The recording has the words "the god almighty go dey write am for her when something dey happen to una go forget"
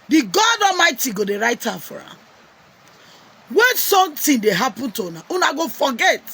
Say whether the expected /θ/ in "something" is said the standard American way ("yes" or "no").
no